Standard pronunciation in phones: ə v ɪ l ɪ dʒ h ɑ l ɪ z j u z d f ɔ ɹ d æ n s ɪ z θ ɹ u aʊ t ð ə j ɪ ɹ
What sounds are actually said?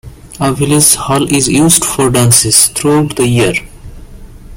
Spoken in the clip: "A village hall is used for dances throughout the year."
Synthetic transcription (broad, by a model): ə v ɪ l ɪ z h ɑ l ɪ z j u z d f ɔ ɹ d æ n s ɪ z t ɹ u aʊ t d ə j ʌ ɹ